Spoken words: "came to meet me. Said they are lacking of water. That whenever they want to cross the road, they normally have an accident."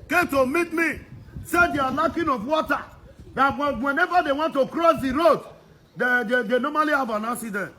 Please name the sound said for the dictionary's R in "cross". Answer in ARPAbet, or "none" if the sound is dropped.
R